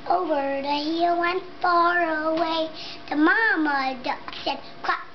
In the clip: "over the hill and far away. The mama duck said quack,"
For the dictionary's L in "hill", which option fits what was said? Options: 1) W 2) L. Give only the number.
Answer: 1